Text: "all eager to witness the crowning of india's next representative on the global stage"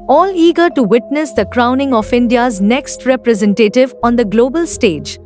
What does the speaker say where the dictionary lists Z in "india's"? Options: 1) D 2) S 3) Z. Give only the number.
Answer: 3